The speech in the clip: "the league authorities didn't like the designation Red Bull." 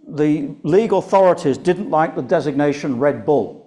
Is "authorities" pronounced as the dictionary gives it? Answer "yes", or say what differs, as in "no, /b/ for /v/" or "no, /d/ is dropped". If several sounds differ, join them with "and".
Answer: yes